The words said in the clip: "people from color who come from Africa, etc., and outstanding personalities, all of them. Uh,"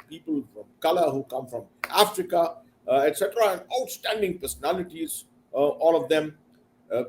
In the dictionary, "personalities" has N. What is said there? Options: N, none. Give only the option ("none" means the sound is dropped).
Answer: N